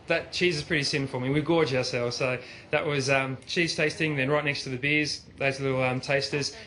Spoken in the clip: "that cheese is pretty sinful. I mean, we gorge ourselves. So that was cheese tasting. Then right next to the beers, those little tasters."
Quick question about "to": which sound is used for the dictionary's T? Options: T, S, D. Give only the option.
T